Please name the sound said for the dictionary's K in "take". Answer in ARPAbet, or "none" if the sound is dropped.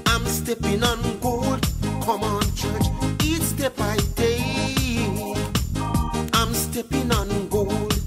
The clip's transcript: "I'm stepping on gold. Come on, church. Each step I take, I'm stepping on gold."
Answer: none